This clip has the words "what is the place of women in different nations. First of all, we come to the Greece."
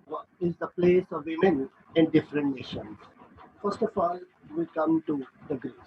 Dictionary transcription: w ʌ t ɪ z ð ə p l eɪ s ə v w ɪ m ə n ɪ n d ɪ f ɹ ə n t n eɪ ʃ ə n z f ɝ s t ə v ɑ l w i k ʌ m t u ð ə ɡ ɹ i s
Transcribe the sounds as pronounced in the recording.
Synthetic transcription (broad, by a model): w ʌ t ɪ z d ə p l eɪ s ə v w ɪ m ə n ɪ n d ɪ f ɹ ə n t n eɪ ʃ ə n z f ɝ s t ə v ɑ l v i k ʌ m t u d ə ɡ ɹ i